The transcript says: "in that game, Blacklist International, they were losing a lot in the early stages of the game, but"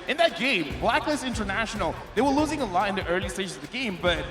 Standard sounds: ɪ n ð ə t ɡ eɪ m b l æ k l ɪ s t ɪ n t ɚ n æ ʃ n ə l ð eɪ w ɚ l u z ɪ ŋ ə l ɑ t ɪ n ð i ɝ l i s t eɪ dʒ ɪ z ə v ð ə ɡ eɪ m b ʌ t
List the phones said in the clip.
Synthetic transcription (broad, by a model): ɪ n ð ə t ɡ eɪ m b l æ k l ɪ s ɪ n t ɚ n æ ʃ n l ð eɪ w ɚ l u z ɪ ŋ ə l ɑ t ɪ n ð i ɝ l i s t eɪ ʃ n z ə v ð ə ɡ eɪ m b ʌ t